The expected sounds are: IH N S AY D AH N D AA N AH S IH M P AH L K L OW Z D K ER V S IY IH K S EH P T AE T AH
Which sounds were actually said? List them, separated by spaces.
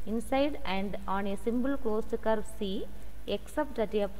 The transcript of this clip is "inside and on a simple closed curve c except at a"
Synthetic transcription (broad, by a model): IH N S AY D AH N D AA N AH S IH M B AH L K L OW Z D K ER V S IY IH K S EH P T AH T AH